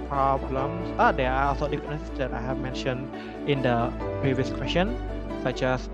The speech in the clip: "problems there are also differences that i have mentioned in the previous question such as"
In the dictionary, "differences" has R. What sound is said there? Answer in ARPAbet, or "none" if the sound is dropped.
none